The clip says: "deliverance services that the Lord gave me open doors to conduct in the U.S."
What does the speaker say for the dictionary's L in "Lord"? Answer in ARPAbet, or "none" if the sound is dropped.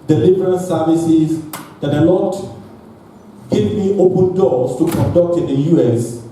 N